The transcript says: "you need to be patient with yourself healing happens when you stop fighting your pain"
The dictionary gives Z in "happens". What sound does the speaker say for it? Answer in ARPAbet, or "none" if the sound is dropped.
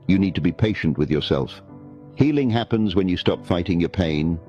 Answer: Z